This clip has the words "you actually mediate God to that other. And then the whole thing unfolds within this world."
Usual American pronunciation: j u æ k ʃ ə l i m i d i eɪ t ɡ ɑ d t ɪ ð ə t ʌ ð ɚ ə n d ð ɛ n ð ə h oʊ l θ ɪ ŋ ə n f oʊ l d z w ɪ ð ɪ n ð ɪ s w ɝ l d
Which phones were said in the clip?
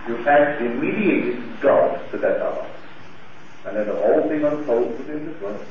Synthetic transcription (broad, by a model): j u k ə i m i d i eɪ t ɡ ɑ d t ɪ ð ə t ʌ ɚ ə n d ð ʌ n ð ə h oʊ l θ ɪ ŋ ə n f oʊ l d w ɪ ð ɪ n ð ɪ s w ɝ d